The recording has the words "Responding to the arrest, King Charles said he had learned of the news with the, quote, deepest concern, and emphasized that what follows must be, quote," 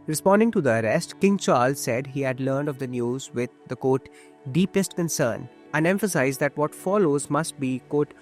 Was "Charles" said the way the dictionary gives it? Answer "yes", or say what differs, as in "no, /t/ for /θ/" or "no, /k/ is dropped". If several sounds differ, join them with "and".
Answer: yes